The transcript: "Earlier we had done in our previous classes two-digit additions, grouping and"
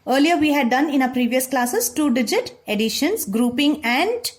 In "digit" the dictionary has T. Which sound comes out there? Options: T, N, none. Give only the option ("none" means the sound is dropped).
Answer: T